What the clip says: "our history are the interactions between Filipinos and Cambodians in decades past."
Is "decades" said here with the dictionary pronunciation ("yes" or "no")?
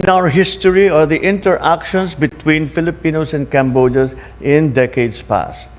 no